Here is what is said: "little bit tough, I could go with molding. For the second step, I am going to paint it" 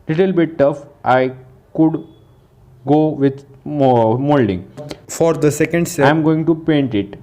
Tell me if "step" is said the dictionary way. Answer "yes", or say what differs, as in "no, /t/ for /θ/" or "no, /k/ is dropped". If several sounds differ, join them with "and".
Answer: no, /p/ is dropped